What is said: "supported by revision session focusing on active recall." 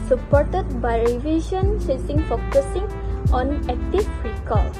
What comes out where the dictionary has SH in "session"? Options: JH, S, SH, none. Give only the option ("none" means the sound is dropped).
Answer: S